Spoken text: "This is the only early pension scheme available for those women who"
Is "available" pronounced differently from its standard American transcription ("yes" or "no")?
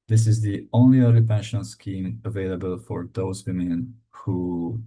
no